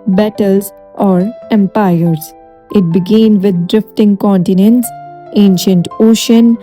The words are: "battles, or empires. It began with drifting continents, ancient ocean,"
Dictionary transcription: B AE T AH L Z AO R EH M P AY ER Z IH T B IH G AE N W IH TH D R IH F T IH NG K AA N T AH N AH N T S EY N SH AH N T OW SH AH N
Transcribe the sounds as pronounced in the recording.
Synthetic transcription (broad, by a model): B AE T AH L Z AO R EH M P AY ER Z IH T B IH G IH N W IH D D R IH F T IH NG K AA N T AH N AH N T S EY N SH AH N T OW SH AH N